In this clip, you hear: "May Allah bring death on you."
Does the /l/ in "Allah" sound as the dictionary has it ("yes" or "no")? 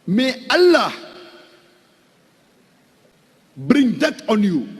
yes